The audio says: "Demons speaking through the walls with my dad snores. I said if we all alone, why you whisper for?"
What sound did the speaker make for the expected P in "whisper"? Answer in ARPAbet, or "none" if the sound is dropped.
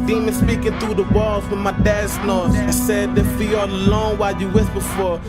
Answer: B